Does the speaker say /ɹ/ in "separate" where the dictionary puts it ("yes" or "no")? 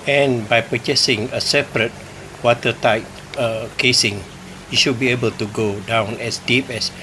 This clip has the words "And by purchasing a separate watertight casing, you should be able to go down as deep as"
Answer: yes